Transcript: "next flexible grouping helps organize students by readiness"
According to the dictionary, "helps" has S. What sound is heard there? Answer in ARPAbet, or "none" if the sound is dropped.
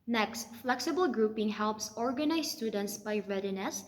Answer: S